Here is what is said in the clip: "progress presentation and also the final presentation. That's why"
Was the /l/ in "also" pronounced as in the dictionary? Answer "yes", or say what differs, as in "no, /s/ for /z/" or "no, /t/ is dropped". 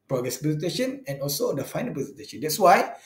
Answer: yes